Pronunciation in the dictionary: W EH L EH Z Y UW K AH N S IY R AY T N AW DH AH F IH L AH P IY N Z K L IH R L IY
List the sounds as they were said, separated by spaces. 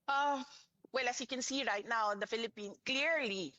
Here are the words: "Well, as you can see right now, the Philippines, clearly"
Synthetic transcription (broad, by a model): W EH L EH S Y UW K AH N S IY R AY T N AW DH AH F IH L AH P IY N K L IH R L IY